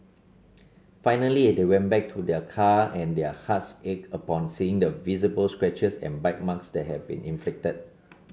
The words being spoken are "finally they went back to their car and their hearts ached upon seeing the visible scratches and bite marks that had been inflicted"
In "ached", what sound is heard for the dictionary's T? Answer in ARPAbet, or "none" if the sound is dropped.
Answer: none